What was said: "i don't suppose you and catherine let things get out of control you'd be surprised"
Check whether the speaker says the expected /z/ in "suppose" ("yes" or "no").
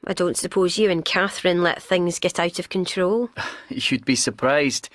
yes